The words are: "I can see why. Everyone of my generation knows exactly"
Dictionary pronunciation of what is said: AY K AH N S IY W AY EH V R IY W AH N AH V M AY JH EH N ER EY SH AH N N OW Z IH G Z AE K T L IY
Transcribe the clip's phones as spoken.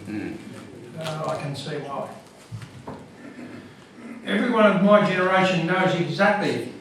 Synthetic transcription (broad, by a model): AY K AH N S IY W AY EH V R IY W AH N AH V M AY JH EH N ER EY SH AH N N OW Z IH G Z AE K T L IY